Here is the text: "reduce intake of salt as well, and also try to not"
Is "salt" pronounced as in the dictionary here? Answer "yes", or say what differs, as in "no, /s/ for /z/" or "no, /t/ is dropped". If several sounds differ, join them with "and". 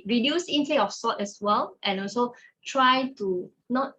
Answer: no, /l/ is dropped